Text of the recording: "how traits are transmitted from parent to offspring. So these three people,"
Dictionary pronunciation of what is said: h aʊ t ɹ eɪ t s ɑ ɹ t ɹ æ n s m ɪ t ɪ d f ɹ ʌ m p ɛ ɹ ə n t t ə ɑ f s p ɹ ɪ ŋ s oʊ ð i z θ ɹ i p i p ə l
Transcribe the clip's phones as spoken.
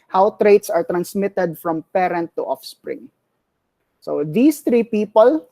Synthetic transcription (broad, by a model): h aʊ t ɹ eɪ t s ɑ ɹ t ɹ æ n s m ɪ t ɪ d f ɹ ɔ m p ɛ ɹ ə n t t ɑ f s p ɹ ɪ ŋ s oʊ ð i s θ ɹ i p i p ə l